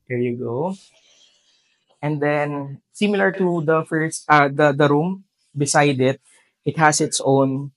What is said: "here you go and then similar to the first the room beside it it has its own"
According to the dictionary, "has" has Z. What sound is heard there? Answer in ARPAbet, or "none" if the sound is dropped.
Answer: S